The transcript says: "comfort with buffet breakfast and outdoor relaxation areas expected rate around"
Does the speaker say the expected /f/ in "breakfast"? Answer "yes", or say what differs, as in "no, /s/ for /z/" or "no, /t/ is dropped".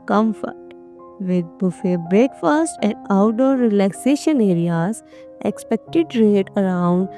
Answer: yes